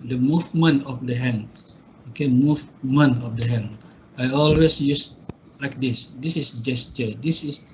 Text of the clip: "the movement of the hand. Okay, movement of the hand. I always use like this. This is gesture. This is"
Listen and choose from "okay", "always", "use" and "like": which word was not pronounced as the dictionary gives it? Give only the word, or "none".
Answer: always